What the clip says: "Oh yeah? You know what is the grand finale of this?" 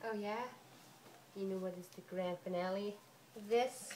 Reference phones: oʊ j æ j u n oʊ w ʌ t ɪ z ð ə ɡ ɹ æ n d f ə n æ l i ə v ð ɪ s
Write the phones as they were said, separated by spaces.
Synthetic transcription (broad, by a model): oʊ j æ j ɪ n oʊ w ʌ t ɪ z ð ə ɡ ɹ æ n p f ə n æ l i ð ɪ s